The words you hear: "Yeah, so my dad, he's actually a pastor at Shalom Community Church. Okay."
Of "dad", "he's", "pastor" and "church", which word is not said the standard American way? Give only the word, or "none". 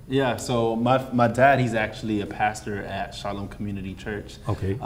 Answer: none